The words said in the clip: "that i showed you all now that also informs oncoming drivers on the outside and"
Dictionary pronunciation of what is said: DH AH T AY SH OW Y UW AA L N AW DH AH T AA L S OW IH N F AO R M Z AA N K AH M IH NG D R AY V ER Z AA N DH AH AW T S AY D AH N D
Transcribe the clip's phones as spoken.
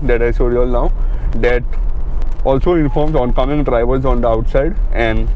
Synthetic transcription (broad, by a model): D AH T AY S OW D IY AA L N AW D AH T AA L S OW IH N F AO R M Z AA N K AH M IH NG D R AY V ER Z AA N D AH AW T S AY D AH N D